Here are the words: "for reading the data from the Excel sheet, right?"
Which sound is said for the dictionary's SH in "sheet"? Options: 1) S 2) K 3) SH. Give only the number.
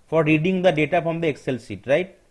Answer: 1